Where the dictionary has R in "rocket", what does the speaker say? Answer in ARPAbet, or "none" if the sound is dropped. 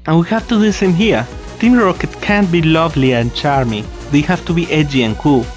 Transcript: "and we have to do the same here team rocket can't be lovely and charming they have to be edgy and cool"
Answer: R